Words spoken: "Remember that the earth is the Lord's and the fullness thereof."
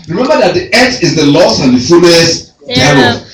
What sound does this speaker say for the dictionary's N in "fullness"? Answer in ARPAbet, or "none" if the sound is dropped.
none